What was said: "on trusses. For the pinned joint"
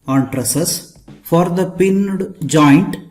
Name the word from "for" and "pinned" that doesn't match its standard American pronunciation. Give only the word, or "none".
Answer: none